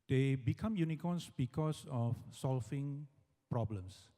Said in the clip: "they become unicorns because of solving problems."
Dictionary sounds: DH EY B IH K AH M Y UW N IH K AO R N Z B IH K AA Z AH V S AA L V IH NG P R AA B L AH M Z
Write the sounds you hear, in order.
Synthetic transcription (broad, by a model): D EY B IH K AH M Y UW N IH K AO N S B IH K AA S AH F S AA L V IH NG P R AA B L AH M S